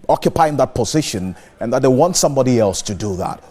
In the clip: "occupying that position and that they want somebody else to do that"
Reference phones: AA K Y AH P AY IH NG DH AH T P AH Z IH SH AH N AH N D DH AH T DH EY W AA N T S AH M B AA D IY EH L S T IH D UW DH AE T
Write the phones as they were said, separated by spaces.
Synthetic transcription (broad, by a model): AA K Y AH P AY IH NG DH AH T P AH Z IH SH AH N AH N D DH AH T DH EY W AA N T S AH M B AA D IY EH L S T IH D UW DH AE T